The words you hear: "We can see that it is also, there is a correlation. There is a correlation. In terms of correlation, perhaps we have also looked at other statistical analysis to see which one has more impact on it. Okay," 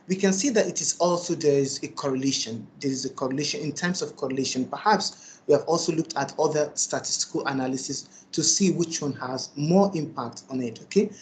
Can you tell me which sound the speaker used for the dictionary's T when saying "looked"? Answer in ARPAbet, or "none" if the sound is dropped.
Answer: T